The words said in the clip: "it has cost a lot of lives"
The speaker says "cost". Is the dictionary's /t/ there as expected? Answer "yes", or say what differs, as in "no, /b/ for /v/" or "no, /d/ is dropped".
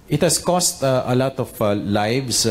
yes